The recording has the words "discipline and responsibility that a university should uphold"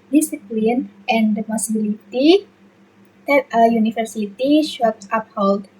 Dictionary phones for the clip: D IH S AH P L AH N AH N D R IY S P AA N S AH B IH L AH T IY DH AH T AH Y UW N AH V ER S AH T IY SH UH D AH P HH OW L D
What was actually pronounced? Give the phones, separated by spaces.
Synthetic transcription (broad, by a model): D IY S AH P L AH N AH N D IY P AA S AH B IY L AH T IY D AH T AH Y UW N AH F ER S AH T IY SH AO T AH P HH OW L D